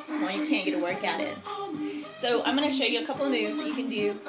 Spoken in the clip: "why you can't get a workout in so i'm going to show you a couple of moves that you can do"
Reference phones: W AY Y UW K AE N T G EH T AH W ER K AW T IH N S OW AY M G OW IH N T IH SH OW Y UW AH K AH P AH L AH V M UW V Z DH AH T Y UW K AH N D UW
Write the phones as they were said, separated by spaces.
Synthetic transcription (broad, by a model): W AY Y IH K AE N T G EH T AH W ER K AW T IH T S OW AY M G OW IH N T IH SH OW Y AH AH K AH P L AH V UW Z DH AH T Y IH K AH N D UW